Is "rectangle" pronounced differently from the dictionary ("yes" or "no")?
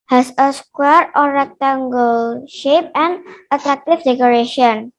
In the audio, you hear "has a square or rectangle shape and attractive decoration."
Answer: no